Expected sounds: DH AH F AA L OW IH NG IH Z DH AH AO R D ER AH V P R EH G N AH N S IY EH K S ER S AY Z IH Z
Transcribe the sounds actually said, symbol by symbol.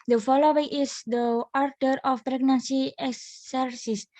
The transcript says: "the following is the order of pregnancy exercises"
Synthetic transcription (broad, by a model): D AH F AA L OW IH NG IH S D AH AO R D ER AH F P R EH G N AH N S IY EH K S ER S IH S